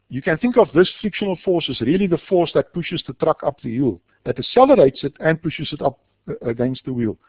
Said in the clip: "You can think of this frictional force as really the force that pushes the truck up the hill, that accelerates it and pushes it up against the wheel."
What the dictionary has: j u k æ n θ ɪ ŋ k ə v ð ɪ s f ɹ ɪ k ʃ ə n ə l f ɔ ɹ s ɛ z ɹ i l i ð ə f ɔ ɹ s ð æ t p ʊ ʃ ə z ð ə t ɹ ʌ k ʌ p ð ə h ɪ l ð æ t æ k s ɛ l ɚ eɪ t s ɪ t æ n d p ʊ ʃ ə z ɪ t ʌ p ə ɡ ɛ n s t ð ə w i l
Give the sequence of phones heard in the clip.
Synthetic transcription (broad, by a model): j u k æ n θ ɪ ŋ k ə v ð ɪ s f ɹ ɪ k ʃ ə n ə l f ɔ ɹ s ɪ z ɹ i l i ð ə f ɔ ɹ s ð æ t p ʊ ʃ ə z ð ə t ɹ ʌ k ʌ p ð ə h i l ð æ t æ s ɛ l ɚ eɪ t s ɪ t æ n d p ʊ ʃ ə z ɪ t ʌ p ə ɡ ɛ n s t ð ə w i l